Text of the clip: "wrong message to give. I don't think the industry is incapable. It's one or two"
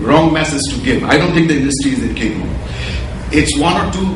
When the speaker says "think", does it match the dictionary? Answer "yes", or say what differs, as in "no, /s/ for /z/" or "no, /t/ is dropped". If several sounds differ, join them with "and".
no, /t/ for /θ/